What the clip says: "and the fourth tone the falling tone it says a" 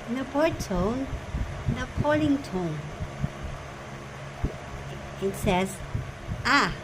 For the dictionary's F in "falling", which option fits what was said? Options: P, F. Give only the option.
P